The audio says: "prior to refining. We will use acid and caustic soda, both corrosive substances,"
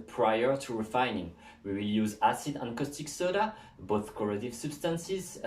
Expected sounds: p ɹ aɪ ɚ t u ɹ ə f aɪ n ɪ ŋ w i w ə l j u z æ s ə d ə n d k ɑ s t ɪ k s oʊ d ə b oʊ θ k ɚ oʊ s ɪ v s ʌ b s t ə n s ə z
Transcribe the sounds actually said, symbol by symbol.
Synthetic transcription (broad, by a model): p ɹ aɪ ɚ t u ɹ ə f aɪ n ɪ ŋ w i w ə l j u z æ s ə d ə n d k ɑ s t ɪ k s oʊ d ə b oʊ θ k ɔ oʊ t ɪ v s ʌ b s t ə n s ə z